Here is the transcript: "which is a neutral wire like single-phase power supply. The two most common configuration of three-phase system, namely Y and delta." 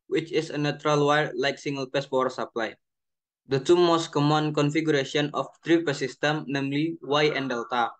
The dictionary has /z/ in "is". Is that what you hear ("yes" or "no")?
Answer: no